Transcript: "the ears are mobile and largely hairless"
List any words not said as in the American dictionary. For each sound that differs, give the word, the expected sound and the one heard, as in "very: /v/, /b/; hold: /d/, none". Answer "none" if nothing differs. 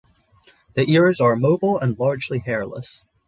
none